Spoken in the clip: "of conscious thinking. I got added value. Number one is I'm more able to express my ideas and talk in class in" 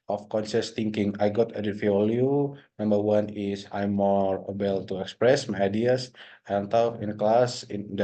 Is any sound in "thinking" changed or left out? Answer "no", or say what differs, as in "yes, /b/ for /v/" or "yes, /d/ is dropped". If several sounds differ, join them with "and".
yes, /t/ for /θ/